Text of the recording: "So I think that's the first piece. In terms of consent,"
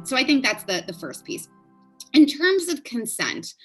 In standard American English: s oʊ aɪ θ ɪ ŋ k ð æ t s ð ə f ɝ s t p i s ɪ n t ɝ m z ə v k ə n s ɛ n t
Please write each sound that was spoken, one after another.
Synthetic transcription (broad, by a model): s oʊ aɪ θ ɪ ŋ k ð æ t s ð ə f ɝ s p i s ɪ n t ɝ m z ə v k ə n s ɛ n t